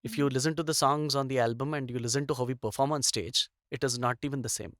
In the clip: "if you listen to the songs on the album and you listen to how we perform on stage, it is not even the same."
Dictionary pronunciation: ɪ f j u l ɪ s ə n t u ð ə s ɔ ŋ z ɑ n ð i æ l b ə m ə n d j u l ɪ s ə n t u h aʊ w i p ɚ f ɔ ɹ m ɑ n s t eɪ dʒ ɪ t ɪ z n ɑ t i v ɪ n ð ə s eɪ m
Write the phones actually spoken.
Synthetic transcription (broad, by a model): ɪ f j u l ɪ s ə n t u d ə s ɔ ŋ z ɑ n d i æ l b ə m ə n d j u l ɪ s ə n t u h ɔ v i p ɚ f ɔ ɹ m ɑ n s t eɪ dʒ ɪ t ɪ z n ɑ t i v ɪ n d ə s eɪ m